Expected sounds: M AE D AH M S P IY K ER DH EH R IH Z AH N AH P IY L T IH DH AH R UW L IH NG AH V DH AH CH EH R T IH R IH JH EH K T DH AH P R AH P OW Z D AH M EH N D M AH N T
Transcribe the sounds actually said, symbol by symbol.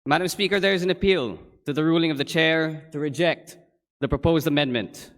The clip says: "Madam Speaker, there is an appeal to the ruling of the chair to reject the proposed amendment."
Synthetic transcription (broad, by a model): M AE D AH M S P IY K ER DH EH R IH Z AH N AH P IY L T IH DH AH R UW L IH NG AH V DH AH CH EH R T IH R IH JH EH K T DH AH P R AH P OW Z D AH M EH N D M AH N T